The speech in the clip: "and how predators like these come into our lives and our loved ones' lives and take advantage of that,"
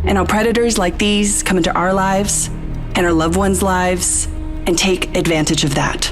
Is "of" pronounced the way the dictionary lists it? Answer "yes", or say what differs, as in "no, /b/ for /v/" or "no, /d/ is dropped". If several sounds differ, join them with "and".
yes